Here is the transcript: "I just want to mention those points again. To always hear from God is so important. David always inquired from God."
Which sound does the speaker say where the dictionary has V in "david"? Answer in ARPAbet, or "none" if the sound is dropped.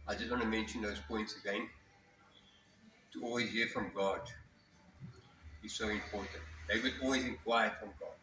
W